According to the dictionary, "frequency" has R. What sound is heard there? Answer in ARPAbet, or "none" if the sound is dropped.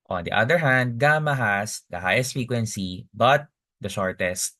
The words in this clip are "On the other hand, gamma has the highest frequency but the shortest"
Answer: none